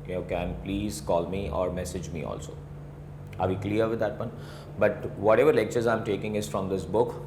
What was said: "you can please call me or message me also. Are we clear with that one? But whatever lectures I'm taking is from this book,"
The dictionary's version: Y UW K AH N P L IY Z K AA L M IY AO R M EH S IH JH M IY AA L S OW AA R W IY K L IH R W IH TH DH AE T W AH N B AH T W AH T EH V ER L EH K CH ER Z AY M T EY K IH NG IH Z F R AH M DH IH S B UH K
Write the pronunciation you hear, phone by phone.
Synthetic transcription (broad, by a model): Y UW K AH N P L IY Z K AA L M IY AO R M EH S IH JH M IY AA L S OW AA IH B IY K L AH R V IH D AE T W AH N B AH T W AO T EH V ER L EH K CH ER Z AY M T EY K IH NG IH Z F R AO M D IH S B UH K